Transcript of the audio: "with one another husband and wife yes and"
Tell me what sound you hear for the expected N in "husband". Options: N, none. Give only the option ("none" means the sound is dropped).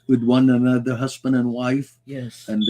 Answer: N